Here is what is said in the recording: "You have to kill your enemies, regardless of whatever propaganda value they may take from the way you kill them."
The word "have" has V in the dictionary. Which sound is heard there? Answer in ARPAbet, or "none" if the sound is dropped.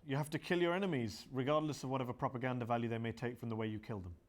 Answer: F